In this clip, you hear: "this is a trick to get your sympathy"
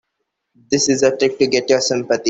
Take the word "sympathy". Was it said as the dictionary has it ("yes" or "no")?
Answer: no